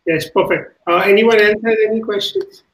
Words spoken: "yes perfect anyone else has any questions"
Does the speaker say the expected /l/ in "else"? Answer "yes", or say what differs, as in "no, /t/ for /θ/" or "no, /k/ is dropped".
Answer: no, /n/ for /l/